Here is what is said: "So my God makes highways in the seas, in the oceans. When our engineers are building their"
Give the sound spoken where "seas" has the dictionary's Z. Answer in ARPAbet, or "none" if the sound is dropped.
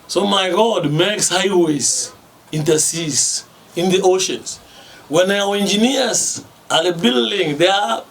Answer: S